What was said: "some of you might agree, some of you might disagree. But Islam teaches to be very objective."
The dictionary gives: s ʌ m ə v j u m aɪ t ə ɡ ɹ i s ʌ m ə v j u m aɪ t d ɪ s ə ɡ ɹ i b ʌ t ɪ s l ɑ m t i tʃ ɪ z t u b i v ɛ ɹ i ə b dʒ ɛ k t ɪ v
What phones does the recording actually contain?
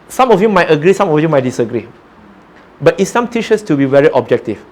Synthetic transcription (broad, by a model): s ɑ m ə f j u m aɪ t ə ɡ ɹ i s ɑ m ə f j u m aɪ t d ɪ s ə ɡ ɹ i b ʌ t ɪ s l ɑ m t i ʃ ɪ s t u b i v ɛ ɹ i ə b dʒ ɛ k t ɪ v